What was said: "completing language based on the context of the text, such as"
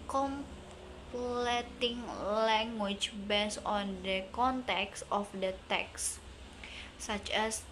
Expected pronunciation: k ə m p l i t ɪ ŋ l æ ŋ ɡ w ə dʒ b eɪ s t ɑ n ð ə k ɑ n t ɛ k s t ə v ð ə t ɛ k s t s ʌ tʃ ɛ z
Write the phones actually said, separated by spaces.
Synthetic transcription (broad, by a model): k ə m p l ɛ t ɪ ŋ l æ ŋ ɡ w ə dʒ b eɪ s ɑ n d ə k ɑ n t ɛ k s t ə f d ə t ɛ k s s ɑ tʃ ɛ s